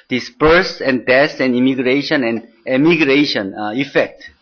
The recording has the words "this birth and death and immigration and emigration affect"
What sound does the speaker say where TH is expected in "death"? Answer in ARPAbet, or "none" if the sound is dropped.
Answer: S